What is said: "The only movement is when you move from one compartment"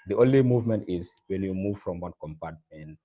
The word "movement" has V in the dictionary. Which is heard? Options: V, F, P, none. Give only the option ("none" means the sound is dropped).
V